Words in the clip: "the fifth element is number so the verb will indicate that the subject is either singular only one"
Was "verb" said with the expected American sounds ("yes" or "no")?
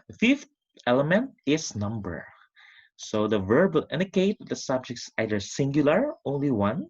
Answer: yes